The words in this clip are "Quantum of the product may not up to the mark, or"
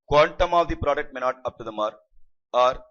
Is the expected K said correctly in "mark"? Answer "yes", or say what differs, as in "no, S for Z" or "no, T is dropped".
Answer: no, K is dropped